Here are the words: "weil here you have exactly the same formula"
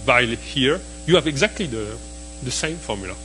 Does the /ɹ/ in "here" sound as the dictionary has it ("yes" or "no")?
yes